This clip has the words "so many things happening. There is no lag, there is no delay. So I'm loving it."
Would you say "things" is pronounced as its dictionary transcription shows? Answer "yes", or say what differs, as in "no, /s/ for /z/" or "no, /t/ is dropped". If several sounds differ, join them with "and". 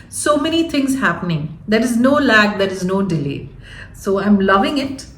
no, /t/ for /θ/